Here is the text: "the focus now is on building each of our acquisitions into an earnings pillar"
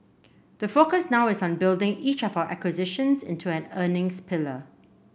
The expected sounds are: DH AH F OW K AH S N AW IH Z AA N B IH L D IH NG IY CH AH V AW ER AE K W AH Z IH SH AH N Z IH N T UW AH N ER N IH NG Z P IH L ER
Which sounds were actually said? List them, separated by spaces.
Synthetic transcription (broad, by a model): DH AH F OW K AH S N AW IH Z AA N B IH L D IH NG IY CH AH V AW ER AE K W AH Z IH SH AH N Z IH N T UW AH N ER N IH NG S P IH L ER